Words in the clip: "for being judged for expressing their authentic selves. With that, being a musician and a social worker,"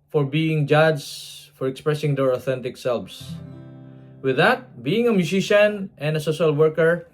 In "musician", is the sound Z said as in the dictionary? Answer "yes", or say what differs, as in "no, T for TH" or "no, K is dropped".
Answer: no, S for Z